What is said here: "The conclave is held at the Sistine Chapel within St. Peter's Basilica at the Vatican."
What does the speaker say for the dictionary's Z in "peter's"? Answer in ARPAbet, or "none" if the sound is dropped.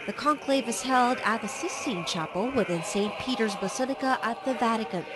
Z